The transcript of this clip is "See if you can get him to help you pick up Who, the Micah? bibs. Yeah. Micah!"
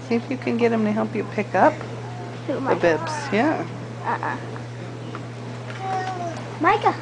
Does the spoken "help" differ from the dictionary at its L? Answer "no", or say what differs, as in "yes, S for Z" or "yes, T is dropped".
no